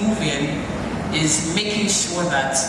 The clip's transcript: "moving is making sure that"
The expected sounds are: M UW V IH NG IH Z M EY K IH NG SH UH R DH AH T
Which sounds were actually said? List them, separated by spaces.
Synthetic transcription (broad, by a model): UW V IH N IH Z M EY K IH NG SH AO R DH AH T